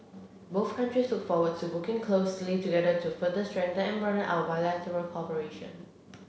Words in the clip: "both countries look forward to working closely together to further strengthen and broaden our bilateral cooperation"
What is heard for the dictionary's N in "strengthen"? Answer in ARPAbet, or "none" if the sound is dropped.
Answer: none